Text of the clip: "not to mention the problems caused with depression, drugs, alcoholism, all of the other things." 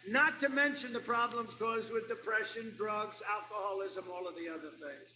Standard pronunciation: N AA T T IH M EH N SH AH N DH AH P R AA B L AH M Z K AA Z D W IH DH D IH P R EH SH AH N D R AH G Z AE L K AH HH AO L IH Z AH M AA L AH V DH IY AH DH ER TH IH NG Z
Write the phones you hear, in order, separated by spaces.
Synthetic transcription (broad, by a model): N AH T T IH M EH N SH AH N DH AH P R AA B L AH M Z K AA Z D W IH DH D IH P R EH SH AH N D R AH G Z AE L K AH HH AO L IH Z AH M AA L AH V DH IY AH DH ER TH IH NG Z